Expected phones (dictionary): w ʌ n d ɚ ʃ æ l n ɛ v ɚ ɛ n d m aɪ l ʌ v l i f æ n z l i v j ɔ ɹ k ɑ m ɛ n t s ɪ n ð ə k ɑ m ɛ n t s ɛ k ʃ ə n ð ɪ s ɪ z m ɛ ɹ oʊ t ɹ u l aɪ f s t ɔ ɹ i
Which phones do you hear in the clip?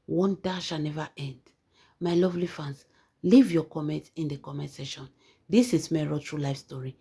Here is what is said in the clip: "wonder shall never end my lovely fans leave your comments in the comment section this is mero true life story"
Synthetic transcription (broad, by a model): w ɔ n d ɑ ʃ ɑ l n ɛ v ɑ ɛ n d m aɪ l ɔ v l i f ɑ n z l i v j ɔ k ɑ m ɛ n t ɪ n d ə k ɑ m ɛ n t s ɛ ʃ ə n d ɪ s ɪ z m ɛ ɹ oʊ t ɹ u l aɪ f s t ɔ ɹ i